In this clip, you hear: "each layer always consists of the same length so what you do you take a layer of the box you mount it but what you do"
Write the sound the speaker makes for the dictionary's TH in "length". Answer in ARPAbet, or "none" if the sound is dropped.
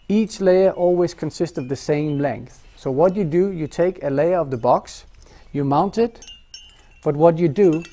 TH